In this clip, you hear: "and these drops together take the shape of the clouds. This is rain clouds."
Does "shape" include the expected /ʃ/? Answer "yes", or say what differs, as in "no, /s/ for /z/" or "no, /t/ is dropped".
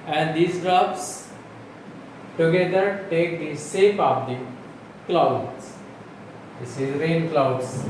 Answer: no, /s/ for /ʃ/